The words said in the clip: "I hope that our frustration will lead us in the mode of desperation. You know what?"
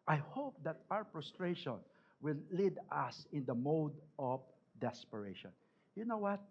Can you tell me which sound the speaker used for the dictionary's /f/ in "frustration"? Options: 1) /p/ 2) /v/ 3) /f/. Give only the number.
1